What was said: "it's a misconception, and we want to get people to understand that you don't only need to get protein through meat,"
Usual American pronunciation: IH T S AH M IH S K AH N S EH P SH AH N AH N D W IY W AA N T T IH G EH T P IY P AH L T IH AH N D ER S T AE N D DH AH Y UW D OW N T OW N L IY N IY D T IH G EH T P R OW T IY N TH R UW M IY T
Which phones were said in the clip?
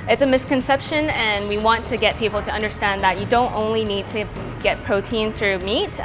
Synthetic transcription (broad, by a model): IH T S AH M IH S K AH N S EH P SH AH N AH N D W IY W AA N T T IH G EH T P IY P L T IH AH N D ER S T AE N DH AH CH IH D OW N T OW N L IY N IY D T IH G EH T P R OW T IY N TH R UW M IY T